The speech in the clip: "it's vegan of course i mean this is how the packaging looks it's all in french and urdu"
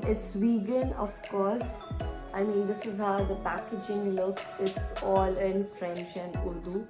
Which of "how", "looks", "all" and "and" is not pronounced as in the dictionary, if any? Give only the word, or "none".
looks